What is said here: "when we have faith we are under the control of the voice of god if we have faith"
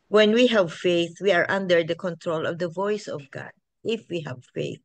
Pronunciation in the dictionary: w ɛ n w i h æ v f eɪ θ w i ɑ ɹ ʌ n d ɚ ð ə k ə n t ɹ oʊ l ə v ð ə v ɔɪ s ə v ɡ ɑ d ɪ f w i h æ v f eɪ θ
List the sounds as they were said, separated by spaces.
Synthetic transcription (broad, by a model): w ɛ n w i h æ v f eɪ θ w i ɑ ɹ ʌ n d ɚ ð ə k ə n t ɹ oʊ l ə v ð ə v ɔɪ s ə v ɡ ɑ d ɪ f w i h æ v f eɪ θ